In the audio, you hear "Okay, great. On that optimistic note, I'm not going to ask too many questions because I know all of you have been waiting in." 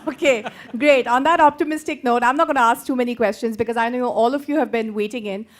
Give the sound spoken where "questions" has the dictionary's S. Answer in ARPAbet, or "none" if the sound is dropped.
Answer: S